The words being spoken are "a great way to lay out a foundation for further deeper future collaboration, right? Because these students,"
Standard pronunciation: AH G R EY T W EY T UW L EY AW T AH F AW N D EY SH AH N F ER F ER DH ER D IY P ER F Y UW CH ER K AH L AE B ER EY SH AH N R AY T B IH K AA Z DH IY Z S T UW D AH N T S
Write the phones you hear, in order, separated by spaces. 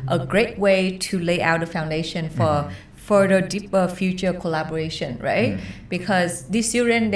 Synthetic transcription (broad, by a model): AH G R EY T W EY T UW L EY AW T AH F AW N D EY SH AH N F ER F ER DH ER D IY P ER F Y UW CH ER K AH L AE B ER EY SH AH N R AY T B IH K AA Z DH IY S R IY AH N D